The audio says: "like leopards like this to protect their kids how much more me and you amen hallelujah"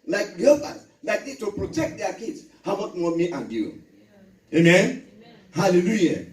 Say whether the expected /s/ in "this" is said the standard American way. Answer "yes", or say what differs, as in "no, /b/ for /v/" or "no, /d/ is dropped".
no, /s/ is dropped